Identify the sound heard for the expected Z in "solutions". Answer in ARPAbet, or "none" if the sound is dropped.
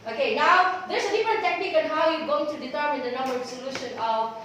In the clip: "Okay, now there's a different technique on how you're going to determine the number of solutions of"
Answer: none